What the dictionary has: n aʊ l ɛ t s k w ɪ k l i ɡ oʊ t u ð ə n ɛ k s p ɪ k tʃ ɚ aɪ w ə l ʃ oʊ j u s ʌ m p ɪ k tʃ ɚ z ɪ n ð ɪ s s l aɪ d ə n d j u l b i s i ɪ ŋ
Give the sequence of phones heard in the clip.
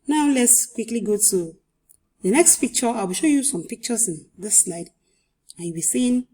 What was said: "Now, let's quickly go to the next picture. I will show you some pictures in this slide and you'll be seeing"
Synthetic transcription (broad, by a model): n aʊ l ɛ t s k w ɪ k l i ɡ oʊ t u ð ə n ɛ k s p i k tʃ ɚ aɪ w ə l ʃ oʊ j u s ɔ m p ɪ k tʃ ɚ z ɪ n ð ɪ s s l aɪ d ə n j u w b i s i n